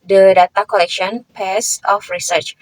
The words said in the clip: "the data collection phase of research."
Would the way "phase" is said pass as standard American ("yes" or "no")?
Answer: no